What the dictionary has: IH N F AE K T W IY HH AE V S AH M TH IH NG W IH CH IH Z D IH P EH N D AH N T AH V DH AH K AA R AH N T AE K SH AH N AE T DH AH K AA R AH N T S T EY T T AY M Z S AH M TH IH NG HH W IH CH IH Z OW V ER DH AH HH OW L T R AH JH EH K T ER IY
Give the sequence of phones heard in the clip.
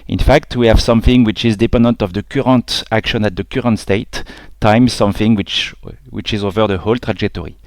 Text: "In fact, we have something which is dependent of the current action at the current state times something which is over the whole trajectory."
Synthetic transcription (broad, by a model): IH N F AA K T W IY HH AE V S AH M TH IH NG W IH CH IH Z D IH P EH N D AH N T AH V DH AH K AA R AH N T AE K SH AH N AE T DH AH K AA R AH N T S T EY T T AY M S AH M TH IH NG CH W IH CH IH Z OW V ER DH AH HH OW L T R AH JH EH K T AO IY